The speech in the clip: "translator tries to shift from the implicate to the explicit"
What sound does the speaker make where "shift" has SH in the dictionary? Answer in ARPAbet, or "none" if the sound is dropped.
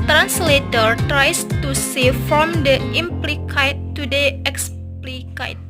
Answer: S